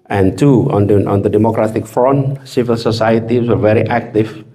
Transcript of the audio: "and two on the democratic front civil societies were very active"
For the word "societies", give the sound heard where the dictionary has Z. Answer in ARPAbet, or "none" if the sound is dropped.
none